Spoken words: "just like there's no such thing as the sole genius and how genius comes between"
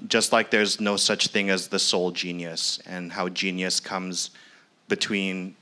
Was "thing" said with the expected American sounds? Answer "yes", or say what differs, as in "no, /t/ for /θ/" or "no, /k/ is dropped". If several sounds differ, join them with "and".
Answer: yes